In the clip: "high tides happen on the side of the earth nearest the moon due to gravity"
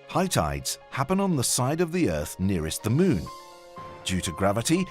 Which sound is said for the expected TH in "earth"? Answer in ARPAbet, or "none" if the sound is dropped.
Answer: TH